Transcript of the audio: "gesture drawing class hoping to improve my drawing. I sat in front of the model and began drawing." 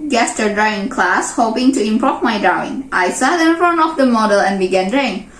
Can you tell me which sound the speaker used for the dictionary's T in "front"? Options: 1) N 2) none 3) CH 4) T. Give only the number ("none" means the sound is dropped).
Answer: 2